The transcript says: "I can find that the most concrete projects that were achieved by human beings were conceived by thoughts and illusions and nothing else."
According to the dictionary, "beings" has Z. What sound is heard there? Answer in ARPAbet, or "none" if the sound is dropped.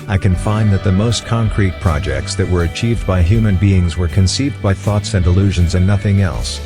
Z